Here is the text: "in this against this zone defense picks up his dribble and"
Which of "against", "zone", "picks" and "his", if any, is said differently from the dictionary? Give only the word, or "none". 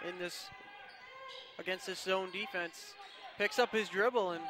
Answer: none